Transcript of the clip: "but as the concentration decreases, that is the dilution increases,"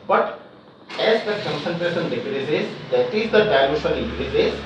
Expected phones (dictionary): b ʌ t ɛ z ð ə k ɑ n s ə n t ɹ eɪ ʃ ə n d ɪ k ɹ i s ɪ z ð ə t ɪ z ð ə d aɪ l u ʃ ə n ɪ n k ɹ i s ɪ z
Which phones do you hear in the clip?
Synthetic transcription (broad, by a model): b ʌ t ɛ z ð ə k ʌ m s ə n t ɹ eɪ s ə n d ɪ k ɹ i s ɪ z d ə t ɪ z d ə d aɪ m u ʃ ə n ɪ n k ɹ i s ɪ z